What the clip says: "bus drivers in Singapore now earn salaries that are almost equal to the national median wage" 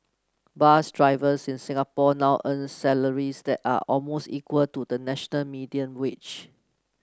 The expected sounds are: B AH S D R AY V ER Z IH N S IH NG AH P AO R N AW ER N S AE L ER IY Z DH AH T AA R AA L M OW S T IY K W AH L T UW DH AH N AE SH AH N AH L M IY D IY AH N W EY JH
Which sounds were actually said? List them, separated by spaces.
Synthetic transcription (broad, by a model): B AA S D R AY V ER S IH N S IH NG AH P AO N AW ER N S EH L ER IY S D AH T AA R AA L M OW S T IY K W AH L T UW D AH N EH SH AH N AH L M IY D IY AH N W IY CH